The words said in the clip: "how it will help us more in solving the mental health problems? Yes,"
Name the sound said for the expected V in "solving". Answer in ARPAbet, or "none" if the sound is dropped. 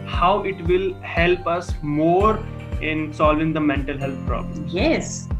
V